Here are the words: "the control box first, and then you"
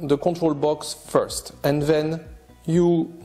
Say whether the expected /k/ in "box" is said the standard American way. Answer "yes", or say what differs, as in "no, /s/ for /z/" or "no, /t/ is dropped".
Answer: yes